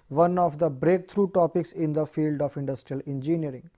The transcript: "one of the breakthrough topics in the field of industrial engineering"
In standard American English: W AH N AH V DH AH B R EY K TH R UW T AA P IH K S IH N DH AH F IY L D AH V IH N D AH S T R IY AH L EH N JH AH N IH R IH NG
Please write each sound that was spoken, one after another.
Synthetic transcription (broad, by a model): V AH N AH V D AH B R EY K T R UW T AA P IH K S IH N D AH F IY L D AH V IH N D AH S T R IY AH L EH N JH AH N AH R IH NG